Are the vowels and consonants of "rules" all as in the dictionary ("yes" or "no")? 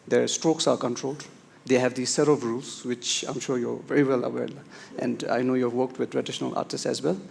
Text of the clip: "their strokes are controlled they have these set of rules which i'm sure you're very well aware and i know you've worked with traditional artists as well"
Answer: no